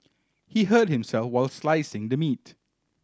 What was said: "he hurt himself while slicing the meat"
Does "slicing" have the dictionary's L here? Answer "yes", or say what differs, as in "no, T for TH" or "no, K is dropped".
yes